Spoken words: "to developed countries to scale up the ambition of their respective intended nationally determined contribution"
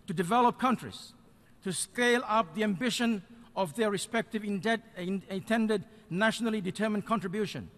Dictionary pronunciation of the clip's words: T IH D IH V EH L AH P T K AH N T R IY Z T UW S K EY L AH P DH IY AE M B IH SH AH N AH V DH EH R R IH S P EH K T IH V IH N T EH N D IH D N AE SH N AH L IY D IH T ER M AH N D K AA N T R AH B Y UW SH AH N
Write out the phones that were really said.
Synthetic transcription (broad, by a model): T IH D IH V EH L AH P K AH N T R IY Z T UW S K EY L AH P DH IY AE M B IH SH AH N AH V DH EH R R IH S P EH K T IH V IH N T EH N D IH D N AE SH N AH L IY D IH T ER M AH N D K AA N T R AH B Y UW SH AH N